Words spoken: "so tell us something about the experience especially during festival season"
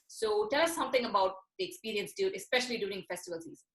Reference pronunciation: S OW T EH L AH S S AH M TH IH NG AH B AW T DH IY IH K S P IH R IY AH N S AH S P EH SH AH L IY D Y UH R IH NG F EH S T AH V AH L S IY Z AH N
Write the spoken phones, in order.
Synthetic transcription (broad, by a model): S OW T EH L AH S S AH M T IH NG AH B AW T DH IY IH K S P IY R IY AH N S AH S P EH SH AH L IY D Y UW R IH NG F EH S T AH V AH L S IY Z